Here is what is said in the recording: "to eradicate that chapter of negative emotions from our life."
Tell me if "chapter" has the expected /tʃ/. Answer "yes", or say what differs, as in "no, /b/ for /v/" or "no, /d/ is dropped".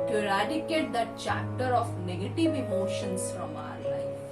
yes